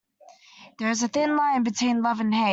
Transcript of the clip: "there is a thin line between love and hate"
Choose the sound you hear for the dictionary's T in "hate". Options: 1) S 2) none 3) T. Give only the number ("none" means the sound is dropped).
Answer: 2